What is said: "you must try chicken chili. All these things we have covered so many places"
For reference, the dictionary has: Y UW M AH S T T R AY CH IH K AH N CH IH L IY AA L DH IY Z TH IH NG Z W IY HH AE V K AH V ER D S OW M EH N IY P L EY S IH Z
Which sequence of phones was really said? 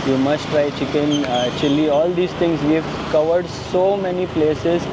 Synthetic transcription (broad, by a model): Y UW M AH S T T R AY CH IH K AH N CH IH L IY AA L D IY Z T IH NG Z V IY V K AH V ER D S OW M EH N IY P L EY S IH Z